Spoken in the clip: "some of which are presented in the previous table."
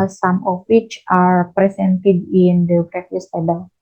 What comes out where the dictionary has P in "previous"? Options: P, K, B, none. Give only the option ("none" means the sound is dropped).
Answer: B